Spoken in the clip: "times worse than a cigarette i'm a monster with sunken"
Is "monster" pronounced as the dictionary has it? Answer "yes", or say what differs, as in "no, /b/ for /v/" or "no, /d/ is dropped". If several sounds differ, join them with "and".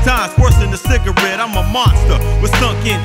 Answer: yes